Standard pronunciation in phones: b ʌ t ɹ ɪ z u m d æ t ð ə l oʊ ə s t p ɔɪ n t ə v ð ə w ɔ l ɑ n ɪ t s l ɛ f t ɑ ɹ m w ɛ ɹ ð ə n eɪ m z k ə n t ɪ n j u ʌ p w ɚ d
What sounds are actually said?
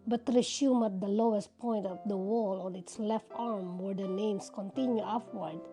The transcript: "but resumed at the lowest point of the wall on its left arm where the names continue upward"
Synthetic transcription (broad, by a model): b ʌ t ɹ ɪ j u m æ t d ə l oʊ ə s t p ɔɪ n t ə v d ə w ɔ l ɑ n ɪ t s l ɛ f t ɑ ɹ m w ɛ ɹ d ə n eɪ m s k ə n t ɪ n j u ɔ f w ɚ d